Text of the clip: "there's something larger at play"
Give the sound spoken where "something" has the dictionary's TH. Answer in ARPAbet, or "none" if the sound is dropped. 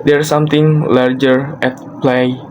T